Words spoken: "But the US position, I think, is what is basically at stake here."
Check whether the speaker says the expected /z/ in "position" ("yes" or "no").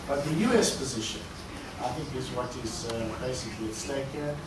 yes